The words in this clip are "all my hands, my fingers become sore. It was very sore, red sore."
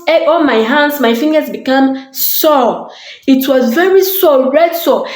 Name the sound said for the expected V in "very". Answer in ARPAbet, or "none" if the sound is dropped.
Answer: V